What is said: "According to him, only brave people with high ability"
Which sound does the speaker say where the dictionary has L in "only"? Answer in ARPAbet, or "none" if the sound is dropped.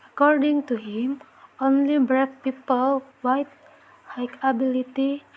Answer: L